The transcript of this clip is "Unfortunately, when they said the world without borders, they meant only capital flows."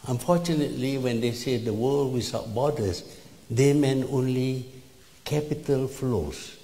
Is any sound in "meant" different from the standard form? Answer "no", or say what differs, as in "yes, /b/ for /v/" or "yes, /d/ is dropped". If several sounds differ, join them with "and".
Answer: yes, /t/ is dropped